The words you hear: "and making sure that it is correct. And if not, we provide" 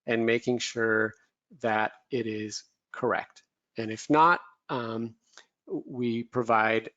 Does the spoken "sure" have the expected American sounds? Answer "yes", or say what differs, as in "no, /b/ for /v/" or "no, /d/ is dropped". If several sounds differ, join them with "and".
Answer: yes